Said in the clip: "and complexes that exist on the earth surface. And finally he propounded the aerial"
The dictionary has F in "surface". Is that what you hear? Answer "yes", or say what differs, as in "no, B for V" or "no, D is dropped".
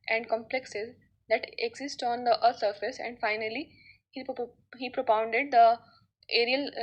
yes